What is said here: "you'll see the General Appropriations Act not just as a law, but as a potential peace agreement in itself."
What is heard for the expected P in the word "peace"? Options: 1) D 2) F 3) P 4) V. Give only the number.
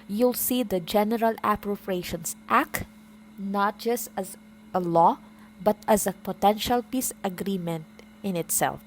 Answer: 3